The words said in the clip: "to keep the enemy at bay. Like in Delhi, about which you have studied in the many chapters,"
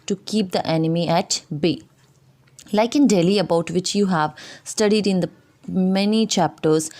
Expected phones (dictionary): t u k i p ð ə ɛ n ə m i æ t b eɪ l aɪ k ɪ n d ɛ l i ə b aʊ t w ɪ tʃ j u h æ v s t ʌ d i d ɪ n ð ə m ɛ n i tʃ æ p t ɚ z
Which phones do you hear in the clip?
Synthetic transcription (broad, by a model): t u k i p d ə ɛ n ə m i æ t b eɪ l aɪ k ɪ n d ɛ l i ə b aʊ t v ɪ tʃ j u h æ v s t ʌ d i d ɪ n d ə m ɛ n i tʃ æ p t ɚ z